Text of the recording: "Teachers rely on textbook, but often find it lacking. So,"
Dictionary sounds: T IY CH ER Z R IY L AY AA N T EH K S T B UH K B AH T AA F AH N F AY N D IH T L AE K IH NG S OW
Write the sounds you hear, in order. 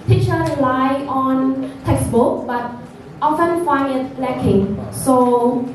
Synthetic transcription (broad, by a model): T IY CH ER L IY L AY AA N T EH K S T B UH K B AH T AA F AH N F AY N IH T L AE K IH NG S OW